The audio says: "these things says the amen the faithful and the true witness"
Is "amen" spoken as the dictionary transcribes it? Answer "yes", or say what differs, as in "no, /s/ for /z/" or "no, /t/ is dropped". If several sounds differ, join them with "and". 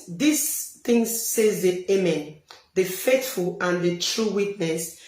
yes